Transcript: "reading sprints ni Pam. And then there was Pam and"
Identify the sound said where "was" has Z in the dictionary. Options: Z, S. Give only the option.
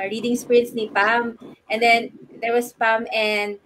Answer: S